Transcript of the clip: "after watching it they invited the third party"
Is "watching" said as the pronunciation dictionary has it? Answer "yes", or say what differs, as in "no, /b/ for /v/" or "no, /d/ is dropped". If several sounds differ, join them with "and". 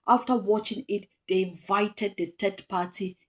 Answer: yes